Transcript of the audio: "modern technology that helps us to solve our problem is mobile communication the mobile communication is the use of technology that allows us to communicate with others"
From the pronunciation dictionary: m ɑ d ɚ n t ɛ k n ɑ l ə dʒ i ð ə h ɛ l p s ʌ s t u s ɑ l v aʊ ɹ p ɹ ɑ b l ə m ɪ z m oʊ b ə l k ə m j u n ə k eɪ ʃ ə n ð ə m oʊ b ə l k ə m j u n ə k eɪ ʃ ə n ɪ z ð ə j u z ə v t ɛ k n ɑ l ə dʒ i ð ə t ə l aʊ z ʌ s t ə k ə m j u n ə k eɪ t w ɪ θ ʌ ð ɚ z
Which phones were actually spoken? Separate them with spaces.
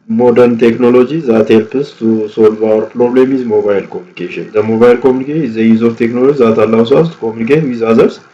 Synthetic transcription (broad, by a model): m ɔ d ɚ n t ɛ k n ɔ l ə dʒ i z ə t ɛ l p ʌ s t u s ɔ l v aʊ ɹ p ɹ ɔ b l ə m ɪ z m oʊ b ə l k ə m j u n ə k eɪ ʃ ə n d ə m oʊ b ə l k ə m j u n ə k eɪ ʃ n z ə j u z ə f t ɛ k n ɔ l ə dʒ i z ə t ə l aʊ s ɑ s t k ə m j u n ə k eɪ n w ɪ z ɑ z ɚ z